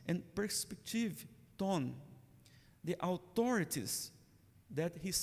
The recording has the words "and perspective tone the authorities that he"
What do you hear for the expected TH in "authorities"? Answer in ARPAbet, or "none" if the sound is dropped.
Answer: T